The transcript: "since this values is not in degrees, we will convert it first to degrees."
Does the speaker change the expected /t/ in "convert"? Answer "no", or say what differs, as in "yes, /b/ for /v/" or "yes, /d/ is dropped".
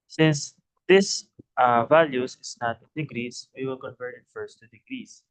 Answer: yes, /t/ is dropped